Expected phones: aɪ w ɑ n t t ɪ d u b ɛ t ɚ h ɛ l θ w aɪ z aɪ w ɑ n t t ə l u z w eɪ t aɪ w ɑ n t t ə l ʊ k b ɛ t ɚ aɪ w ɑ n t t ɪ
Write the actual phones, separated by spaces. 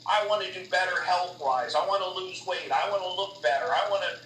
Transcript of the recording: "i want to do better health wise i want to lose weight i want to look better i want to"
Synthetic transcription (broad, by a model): aɪ w ɑ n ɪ d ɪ b ɛ t ɚ h ɛ l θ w aɪ z aɪ w ɑ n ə l u z w eɪ t aɪ w ɑ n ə l ʊ k b ɛ t ɚ aɪ w ɑ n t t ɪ